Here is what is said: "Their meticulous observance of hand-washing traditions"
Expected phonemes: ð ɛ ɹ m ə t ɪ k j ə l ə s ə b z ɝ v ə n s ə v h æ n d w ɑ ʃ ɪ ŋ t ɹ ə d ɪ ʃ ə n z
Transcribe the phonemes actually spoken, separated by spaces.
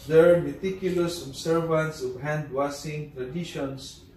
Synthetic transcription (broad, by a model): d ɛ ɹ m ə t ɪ k j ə l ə s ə b s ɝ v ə n s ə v h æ n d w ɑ s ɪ ŋ t ɹ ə d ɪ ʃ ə n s